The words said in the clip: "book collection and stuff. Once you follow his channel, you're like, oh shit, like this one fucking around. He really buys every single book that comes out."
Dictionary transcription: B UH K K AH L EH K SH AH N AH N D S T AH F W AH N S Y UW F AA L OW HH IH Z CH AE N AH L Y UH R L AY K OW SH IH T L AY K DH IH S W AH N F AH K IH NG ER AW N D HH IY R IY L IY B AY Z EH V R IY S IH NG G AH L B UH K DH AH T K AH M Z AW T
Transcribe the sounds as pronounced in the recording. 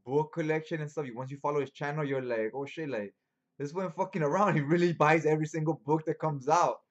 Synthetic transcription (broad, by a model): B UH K K AH L EH K SH AH N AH N S T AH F W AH N S Y UW F AA L OW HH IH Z CH AE N AH L Y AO L AY K OW SH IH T L AY K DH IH S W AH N F AH K IH NG ER AW N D HH IY R IY L IY B AY Z EH V R IY S IH NG G AH L B UH K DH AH T K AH M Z AW T